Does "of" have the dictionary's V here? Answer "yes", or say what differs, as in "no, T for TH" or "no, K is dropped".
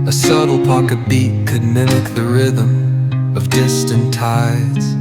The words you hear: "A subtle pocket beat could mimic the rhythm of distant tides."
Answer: yes